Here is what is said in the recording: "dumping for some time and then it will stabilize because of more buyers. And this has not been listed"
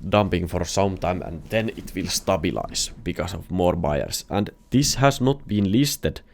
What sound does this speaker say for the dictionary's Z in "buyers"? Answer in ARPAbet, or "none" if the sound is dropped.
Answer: S